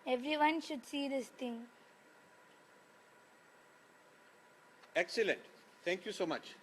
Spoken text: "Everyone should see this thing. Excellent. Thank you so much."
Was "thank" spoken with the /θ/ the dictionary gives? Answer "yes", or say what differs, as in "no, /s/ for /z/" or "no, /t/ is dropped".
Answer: no, /t/ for /θ/